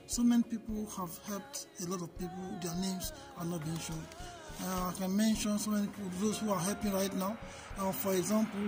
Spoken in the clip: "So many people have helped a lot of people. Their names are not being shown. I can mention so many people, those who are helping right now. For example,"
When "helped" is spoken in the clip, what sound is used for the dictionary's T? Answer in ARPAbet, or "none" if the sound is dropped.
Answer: T